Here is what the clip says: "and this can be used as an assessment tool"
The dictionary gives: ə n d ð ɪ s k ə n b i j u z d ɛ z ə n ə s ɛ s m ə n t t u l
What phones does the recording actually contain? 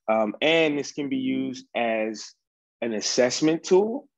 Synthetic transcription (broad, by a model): ə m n ð ɪ s k ə n b i j u z d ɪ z ə n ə s ɛ s m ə n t t u l